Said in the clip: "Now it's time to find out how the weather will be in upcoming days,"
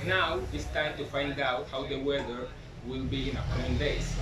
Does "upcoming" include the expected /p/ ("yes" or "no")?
no